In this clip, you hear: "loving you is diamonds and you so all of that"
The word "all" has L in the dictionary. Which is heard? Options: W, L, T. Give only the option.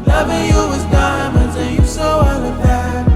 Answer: W